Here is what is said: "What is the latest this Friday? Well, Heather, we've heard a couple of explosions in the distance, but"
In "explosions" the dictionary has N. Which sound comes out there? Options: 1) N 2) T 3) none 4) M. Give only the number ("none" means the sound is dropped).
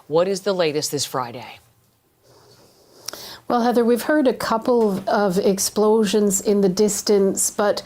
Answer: 1